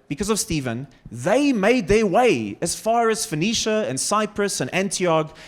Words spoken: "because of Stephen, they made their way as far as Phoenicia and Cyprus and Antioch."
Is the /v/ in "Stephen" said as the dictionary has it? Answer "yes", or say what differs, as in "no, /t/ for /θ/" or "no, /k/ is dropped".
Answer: yes